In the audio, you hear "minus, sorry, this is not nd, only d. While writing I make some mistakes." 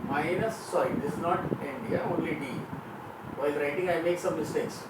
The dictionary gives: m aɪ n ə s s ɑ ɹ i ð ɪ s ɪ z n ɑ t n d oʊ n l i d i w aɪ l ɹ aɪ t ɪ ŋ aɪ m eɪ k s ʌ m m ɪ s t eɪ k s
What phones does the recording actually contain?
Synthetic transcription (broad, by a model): m aɪ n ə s s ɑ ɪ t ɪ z n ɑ t n d oʊ n l i d i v aɪ l ɹ aɪ t ɪ ŋ aɪ m eɪ k s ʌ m m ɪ s t eɪ k s